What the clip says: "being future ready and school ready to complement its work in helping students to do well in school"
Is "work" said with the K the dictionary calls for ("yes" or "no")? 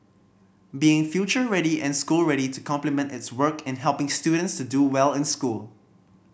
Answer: yes